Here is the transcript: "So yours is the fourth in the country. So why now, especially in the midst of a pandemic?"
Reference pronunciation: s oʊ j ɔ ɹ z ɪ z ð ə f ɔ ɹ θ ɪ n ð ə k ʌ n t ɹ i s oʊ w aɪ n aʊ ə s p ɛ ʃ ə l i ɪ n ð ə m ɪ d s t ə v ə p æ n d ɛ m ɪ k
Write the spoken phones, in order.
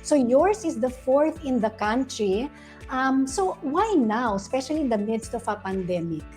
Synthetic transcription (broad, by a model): s oʊ j ɔ ɹ s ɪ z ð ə f ɔ ɹ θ ɪ n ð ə k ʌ n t ɹ i s oʊ w aɪ n aʊ ə s p ɛ ʃ ə l i ɪ n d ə m ɪ d s t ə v ə p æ n d ɛ m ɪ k